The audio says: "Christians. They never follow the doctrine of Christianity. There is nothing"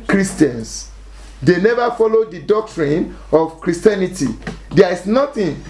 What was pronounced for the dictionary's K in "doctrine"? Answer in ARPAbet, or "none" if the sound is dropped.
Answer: K